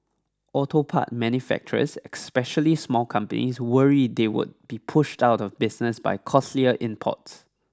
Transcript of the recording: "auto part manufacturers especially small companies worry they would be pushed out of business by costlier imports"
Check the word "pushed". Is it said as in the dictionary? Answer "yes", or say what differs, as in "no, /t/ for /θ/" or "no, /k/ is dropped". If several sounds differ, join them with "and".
yes